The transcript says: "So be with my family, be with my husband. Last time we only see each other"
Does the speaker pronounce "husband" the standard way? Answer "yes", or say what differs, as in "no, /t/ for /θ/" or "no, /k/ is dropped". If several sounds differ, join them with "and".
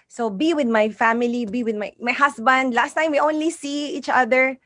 no, /s/ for /z/